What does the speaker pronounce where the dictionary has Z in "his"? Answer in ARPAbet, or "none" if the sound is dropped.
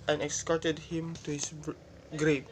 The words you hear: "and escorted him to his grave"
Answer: S